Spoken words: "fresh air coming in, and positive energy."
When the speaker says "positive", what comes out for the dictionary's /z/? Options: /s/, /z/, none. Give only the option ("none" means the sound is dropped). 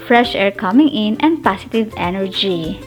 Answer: /s/